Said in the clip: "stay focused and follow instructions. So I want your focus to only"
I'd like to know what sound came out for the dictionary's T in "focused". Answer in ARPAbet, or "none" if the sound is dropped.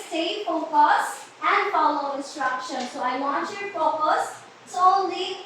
none